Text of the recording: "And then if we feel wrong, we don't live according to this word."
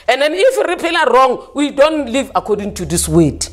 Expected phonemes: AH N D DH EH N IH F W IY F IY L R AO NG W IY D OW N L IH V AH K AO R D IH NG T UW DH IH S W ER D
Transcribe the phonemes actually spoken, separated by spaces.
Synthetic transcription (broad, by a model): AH N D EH N IH F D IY P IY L R AO NG W IY D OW N L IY V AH K AO D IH NG T UW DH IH S W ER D